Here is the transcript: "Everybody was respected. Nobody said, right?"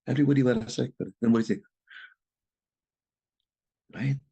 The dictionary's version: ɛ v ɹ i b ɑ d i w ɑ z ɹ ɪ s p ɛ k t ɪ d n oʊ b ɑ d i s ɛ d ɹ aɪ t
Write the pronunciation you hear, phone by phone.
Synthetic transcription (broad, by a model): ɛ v ɹ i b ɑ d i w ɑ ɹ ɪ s ɛ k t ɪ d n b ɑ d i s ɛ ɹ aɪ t